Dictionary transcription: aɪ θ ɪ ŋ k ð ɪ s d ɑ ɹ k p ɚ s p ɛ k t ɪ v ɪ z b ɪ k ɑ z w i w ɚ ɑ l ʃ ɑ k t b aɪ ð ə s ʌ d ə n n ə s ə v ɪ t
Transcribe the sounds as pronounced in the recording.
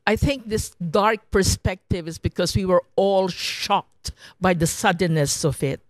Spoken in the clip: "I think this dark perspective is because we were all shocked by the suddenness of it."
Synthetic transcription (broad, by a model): aɪ θ ɪ ŋ k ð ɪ s d ɑ ɹ k p ɚ s p ɛ k t ɪ v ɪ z b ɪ k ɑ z w i w ɚ ɑ l ʃ ɑ k t b aɪ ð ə s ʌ d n n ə s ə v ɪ t